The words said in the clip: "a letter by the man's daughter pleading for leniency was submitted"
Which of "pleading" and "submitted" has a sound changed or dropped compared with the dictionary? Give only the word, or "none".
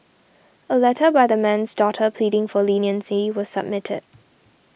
none